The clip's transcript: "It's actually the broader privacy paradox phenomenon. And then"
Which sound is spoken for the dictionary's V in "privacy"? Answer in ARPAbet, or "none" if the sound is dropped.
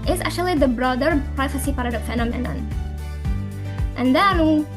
F